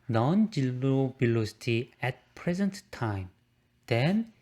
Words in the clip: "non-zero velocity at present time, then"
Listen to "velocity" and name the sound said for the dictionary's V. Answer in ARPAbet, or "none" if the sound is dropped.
B